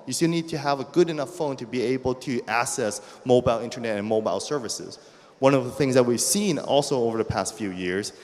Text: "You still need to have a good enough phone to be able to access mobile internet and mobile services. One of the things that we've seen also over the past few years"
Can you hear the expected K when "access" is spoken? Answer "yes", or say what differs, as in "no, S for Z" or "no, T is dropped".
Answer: no, K is dropped